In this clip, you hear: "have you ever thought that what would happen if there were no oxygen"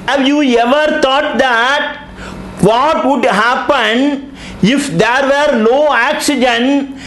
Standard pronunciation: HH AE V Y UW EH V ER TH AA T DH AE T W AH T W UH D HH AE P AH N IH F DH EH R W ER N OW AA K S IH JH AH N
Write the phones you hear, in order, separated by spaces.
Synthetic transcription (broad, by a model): HH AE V Y UW EH V ER T AA T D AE T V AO T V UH D HH AE P AH N IH F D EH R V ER L OW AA K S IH JH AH N